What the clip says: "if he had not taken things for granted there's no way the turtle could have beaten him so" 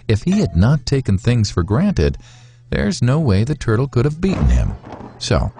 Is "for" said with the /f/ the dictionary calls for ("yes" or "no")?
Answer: yes